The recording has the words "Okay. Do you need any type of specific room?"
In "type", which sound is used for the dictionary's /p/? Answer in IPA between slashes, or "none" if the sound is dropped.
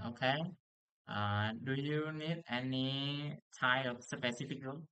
none